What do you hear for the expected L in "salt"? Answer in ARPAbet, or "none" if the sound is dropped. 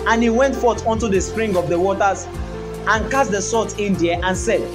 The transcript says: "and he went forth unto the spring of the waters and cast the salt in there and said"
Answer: none